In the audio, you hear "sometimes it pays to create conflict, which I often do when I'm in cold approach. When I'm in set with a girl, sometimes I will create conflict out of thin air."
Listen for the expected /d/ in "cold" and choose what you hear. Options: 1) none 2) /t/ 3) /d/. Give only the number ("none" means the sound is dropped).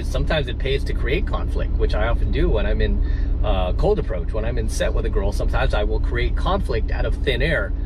3